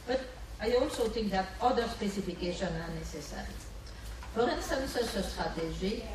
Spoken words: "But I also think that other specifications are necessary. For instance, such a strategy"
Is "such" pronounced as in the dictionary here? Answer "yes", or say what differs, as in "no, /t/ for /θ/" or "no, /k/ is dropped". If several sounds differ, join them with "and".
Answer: no, /s/ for /tʃ/